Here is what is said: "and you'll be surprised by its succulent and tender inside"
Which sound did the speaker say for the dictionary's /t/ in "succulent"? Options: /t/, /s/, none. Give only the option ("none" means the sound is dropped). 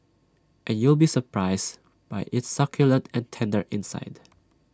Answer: /t/